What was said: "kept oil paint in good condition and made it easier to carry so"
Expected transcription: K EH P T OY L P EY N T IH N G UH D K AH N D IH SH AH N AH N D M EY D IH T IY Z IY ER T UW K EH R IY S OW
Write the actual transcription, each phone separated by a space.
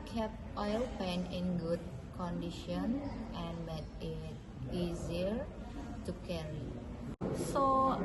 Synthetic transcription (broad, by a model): K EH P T OY L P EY N IH N G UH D K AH N D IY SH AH N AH N M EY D IH T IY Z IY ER T UW K EH R IY S OW